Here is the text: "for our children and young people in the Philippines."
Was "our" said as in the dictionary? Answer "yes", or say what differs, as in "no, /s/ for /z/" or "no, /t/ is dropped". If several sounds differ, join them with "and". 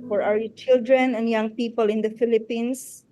no, /w/ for /ɹ/